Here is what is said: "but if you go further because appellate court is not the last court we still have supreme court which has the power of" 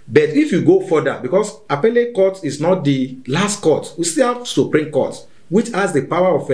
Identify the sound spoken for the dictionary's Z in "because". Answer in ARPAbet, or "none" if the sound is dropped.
S